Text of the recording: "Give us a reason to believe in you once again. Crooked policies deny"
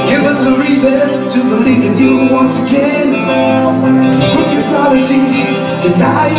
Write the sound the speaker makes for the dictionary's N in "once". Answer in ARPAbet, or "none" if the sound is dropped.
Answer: N